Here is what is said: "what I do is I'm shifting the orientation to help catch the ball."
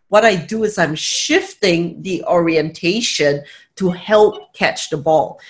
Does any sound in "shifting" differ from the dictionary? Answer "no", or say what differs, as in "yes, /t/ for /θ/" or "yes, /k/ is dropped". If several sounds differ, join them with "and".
no